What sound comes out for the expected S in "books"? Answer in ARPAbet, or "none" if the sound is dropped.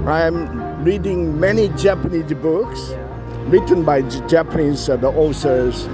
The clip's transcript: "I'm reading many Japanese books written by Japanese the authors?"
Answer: S